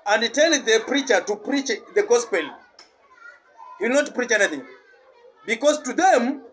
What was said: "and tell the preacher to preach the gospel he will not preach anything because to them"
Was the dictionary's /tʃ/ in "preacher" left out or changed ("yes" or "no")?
no